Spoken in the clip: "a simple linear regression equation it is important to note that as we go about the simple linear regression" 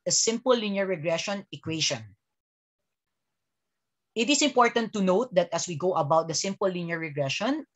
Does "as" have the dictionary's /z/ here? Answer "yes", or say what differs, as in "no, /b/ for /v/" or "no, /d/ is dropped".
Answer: no, /s/ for /z/